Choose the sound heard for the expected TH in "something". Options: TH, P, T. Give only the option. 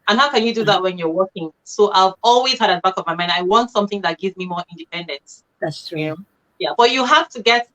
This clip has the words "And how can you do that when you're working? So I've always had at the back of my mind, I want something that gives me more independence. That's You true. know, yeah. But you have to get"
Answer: TH